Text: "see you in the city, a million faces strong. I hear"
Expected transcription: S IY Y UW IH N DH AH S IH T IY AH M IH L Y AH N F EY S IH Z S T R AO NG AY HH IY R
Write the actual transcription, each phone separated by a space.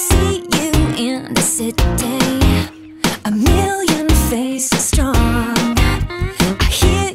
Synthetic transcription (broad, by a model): S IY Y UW IH N DH AH S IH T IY AH M IH L Y AH N F EY IH S T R AO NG AY HH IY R